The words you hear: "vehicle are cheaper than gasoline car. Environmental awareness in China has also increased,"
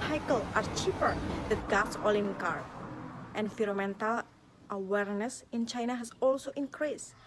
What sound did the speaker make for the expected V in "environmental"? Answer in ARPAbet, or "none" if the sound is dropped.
F